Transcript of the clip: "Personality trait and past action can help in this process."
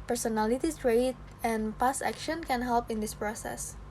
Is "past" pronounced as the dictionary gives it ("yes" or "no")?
no